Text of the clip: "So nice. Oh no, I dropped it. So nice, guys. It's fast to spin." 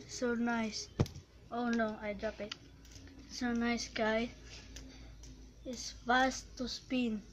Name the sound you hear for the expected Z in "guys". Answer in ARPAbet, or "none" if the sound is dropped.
none